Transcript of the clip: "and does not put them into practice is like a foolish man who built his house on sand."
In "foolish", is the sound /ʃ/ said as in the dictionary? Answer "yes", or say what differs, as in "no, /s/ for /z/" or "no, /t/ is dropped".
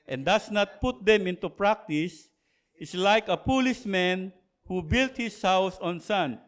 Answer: no, /s/ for /ʃ/